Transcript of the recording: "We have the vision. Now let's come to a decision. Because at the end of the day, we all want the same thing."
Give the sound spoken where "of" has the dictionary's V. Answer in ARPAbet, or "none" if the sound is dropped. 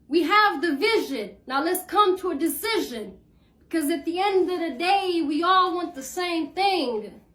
V